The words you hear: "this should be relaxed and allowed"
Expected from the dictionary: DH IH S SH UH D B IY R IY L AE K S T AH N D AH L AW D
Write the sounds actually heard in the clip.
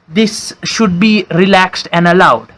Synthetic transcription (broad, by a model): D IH S SH UH D B IY R IY L AE K S T AH N D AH L AW D